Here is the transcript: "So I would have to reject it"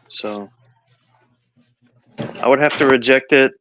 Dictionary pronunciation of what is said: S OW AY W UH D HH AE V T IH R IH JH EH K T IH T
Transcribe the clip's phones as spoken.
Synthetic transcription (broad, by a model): S OW AY W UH D HH AE F T IH R IH JH EH K T IH T